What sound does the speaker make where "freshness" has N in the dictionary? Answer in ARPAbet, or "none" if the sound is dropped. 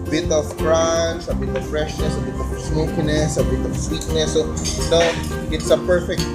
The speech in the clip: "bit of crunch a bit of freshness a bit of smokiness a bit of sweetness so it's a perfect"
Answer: N